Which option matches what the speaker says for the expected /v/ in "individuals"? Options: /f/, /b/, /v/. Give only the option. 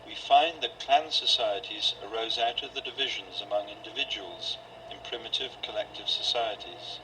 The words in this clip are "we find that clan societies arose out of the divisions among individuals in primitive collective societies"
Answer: /v/